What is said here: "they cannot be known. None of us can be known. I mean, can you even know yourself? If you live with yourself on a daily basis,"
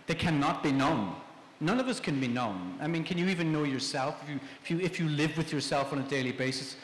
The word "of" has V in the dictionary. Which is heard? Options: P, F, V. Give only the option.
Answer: V